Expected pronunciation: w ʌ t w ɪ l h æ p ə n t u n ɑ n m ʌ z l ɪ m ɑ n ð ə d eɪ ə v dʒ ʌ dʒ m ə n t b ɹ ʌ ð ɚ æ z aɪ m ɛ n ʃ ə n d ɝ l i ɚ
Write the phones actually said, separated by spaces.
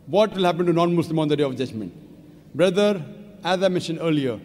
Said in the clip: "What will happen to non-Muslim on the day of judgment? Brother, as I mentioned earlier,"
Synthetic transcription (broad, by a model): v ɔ t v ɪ l h æ p ə n t u n ɑ n m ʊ s l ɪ m ɑ n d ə d eɪ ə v dʒ ʌ dʒ m ə n t b ɹ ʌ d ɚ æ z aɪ m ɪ ʃ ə n ɝ l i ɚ